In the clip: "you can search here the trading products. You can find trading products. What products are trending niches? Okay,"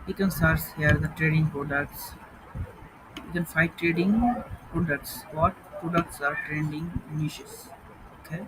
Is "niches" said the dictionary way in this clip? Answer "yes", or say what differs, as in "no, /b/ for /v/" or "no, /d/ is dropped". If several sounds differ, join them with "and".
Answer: no, /ʃ/ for /tʃ/ and /s/ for /z/